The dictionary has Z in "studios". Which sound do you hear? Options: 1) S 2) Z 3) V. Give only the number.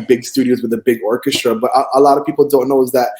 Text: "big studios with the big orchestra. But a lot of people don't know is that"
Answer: 2